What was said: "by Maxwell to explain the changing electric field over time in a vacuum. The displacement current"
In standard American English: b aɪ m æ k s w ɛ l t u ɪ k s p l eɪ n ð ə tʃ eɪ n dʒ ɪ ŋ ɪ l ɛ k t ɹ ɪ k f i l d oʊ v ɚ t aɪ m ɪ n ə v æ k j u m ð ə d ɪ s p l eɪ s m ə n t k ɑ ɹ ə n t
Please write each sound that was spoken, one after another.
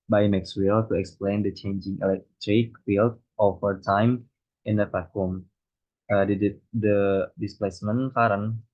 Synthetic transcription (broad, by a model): b aɪ m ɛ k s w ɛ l t u ɪ k s p l eɪ n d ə tʃ eɪ n dʒ ɪ ŋ ɪ l ɛ k t ɹ ɪ k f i l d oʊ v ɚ t aɪ m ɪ n ə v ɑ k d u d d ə d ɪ s p l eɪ s m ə n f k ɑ ɹ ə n